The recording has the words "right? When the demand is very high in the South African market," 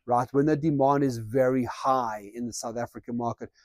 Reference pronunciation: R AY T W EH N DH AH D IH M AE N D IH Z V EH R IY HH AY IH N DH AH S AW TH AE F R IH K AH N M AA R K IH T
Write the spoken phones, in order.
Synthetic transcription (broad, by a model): R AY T W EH N DH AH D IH M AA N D IH Z V EH R IY HH AY IH N DH AH S AW TH AE F R IH K AH N M AA R K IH T